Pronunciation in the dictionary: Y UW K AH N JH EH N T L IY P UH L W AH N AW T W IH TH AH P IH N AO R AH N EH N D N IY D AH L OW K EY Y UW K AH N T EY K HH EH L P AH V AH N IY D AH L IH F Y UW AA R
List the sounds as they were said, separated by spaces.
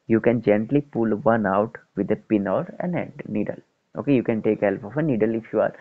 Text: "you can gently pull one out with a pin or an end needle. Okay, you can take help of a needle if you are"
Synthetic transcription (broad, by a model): Y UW K AH N JH EH N T L IY P UH L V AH N AW T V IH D AH P IH N AO R AH N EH D N IY D AH L OW K EY Y UW K AH N T EY K HH EH L P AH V AH N IY D AH L IH F Y UW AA R